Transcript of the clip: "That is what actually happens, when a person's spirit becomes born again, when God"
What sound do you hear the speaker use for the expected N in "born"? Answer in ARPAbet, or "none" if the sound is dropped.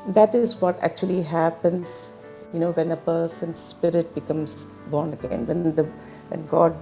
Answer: N